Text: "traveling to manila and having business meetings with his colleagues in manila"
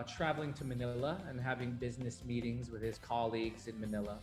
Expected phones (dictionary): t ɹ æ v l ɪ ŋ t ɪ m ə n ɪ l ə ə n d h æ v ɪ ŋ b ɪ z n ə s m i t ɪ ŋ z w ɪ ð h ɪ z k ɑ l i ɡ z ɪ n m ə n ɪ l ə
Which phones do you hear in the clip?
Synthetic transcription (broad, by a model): t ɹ æ v l ɪ ŋ t ɪ m ə n ɪ l ə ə n h æ v ɪ ŋ b ɪ z n ə s m i t ɪ ŋ z w ɪ ð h ɪ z k ɑ l i ɡ z ɪ n m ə n ɪ l ə